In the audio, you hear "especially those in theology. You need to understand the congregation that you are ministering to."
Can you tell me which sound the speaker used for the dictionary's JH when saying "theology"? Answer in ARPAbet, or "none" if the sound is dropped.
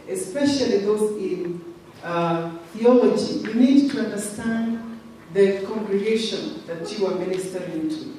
JH